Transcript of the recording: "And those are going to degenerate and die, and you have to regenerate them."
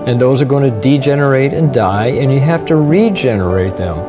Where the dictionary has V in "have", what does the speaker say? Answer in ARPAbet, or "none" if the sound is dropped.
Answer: F